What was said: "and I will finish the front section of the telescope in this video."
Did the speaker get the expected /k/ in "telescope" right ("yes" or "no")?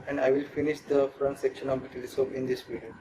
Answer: no